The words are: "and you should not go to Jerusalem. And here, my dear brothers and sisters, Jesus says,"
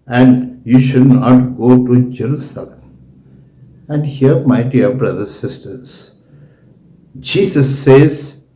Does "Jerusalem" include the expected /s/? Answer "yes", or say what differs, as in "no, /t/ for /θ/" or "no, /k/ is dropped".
yes